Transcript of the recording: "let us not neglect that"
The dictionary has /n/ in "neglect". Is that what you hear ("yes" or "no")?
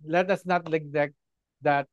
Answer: no